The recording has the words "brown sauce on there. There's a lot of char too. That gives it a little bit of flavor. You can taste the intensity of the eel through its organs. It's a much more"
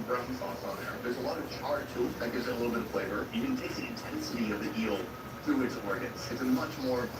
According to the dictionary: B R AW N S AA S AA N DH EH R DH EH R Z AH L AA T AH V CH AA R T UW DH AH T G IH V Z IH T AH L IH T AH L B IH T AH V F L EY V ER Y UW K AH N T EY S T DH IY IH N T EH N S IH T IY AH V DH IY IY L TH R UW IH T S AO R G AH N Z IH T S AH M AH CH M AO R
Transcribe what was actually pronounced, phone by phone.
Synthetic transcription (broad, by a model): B R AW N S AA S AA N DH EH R DH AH R Z AH L AA T AH V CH AA R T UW DH AH T G IH V Z IH T AH L IH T L B IH T AH V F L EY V ER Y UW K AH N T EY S DH IY IH N T EH N S IH T IY AH V DH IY IY L TH R UW IH T S AO R G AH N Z IH T S AH M AH CH M AO R